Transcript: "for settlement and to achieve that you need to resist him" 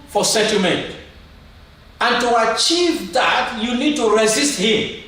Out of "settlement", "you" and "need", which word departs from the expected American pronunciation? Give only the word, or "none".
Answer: settlement